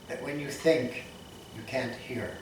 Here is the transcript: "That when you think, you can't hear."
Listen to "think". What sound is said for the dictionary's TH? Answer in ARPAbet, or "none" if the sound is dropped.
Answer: TH